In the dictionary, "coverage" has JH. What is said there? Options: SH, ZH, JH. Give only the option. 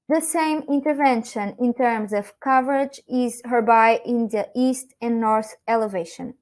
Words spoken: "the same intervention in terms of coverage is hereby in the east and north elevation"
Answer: JH